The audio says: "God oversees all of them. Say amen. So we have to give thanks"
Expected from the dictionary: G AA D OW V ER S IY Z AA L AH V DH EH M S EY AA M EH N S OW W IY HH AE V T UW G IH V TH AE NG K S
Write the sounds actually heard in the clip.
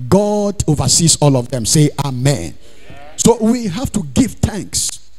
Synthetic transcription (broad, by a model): G AA D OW V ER S IY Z AA L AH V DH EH M S EY AA M EH N S OW W IY HH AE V T UW G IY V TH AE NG K S